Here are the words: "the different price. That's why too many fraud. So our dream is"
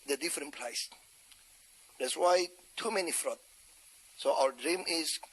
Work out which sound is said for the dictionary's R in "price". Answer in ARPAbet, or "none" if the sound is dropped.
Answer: L